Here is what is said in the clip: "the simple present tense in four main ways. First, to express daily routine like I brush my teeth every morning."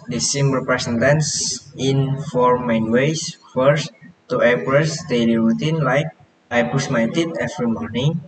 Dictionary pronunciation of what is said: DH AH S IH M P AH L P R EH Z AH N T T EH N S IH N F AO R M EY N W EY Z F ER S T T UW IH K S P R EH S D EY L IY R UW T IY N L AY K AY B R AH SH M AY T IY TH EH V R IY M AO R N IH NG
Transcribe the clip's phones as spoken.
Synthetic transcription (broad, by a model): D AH S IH M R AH P R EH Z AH N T T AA N S IH N F AO R M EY N W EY S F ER S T T UW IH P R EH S D EY L IY R UW T IY N L AY K AY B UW S M AY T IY T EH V R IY M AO R N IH NG